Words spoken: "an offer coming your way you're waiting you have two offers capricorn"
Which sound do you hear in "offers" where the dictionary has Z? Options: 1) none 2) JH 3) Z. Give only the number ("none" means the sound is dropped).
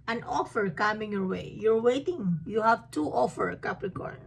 1